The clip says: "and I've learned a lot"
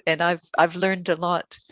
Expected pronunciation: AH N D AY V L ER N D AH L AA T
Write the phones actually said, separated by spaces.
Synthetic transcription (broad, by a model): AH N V AY V L ER N D AH L AA T